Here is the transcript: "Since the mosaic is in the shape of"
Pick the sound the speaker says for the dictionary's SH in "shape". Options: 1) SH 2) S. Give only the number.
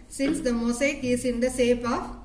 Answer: 2